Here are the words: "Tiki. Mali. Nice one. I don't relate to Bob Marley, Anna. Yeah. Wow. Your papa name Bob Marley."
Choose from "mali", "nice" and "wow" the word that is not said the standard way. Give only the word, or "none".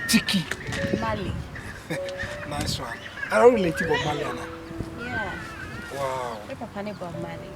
none